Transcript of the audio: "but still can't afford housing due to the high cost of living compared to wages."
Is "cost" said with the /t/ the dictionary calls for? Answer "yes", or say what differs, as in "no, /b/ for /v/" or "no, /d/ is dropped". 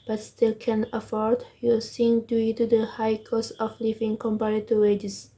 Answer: no, /t/ is dropped